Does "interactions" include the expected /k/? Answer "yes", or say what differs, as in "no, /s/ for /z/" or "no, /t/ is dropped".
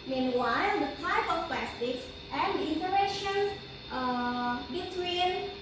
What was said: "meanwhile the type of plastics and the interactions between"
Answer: no, /k/ is dropped